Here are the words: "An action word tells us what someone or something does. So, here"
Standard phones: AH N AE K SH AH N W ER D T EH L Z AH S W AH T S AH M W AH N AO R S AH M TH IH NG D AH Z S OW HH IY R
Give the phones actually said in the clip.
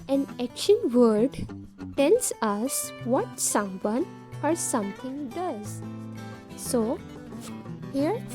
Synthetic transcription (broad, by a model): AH N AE K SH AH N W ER D T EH L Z AH S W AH T S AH M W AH N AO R S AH M T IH NG D AH Z S OW HH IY R